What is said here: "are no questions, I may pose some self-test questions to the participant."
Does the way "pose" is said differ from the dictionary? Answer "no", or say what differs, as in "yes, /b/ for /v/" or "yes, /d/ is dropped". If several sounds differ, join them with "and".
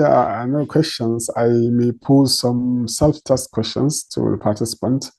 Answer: no